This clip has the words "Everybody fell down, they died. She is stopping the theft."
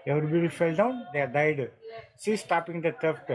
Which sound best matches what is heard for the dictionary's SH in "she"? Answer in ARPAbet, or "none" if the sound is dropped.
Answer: S